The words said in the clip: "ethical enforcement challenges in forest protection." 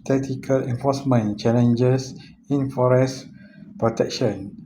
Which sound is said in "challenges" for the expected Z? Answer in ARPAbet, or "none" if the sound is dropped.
S